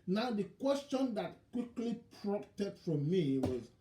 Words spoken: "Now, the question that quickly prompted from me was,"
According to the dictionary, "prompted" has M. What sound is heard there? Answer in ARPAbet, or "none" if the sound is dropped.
none